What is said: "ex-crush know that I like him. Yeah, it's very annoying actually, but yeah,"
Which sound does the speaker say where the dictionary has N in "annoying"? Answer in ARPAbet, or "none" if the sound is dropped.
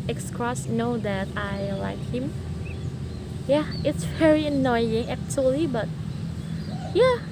N